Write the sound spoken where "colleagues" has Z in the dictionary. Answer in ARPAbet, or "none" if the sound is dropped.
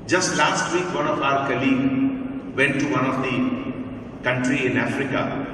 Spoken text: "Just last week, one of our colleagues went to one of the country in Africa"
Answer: none